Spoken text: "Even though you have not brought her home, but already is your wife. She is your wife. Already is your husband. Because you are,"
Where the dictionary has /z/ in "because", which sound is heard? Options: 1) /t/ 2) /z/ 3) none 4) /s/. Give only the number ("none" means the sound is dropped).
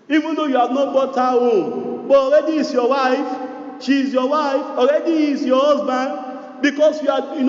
4